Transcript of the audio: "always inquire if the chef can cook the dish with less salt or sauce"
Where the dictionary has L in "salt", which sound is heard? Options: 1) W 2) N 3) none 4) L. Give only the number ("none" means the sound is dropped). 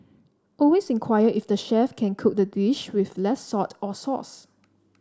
3